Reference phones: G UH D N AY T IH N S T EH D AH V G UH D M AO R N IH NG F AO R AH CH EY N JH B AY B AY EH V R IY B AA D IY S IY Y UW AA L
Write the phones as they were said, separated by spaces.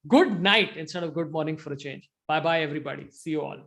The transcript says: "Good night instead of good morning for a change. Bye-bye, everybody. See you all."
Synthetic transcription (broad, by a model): G UH D N AY T IH N S T EH D AH V G UH D M AO R N IH NG F AO R AH CH EY N JH B AY B AY EH V R IY B AA D IY S IY Y UW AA L